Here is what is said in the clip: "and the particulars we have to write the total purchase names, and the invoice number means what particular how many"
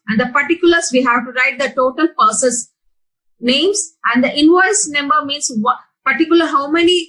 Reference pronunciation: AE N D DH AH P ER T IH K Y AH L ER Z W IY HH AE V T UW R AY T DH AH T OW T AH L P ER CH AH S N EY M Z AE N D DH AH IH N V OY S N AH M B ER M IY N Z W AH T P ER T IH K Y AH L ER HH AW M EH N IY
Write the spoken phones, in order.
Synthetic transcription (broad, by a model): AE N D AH P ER T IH K Y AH L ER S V IY HH AE V T UW R AY T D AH T OW T AH L P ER S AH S N EY M S AE N D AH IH N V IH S N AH M B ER M IY N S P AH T T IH K Y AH L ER HH AW M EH N IY